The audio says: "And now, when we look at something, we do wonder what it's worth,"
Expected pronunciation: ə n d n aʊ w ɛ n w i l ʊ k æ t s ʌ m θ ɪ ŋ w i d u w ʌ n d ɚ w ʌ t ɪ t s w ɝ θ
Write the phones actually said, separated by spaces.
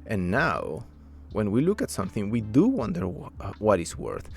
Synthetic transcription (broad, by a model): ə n n aʊ w ɛ n w i l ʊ k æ t s ʌ m θ ɪ ŋ w i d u w ʌ n d ɚ w ʌ t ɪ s w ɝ θ